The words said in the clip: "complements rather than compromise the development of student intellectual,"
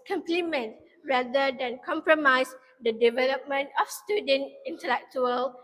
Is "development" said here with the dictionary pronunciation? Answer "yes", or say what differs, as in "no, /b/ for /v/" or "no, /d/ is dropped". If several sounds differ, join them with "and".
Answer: yes